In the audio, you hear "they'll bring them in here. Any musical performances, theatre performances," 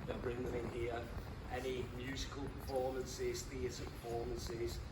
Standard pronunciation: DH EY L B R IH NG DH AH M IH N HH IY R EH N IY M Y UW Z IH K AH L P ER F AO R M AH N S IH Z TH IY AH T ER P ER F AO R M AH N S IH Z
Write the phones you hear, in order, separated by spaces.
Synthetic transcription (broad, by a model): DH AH B R IH NG DH AH M IH N HH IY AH EH N IY M Y UW Z IH K AH L P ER F AO M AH N S IH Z TH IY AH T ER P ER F AO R M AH N S IH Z